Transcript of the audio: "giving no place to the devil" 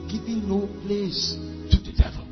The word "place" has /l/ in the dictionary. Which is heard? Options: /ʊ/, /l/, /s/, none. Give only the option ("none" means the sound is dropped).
/l/